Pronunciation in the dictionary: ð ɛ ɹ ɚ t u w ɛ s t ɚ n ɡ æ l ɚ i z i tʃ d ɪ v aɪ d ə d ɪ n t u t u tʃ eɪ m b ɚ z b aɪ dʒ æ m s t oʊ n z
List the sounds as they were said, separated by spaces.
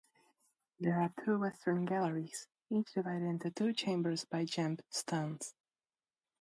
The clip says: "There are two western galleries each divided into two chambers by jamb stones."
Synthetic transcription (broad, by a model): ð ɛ ɹ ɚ t u w ɛ s t ɚ n ɡ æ l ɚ i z i tʃ d ɪ v aɪ d ə d ɪ n t u t u tʃ eɪ m b ɚ z b aɪ dʒ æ m s t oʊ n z